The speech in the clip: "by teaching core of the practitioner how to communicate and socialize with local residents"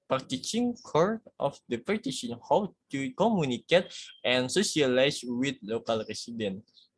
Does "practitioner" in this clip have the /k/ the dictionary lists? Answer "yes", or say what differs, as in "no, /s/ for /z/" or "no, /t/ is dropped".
no, /k/ is dropped